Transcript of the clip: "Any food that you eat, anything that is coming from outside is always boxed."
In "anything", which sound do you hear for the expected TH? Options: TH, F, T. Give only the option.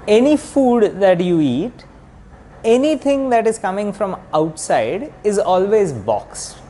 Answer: T